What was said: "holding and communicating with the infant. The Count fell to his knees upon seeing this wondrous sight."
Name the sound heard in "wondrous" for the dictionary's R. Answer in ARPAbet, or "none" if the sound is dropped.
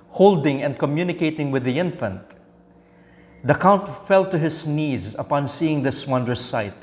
none